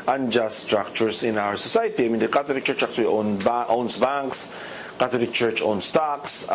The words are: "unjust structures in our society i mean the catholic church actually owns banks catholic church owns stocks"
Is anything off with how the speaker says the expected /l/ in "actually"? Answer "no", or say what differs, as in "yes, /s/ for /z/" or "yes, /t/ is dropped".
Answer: yes, /n/ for /l/